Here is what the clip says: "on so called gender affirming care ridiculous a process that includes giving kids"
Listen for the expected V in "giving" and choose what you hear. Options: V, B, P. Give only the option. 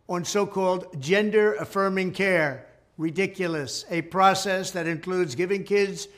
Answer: V